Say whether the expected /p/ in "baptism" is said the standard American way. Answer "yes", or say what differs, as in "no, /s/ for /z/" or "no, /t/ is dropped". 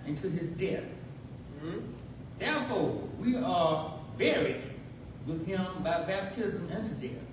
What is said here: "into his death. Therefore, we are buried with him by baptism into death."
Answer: yes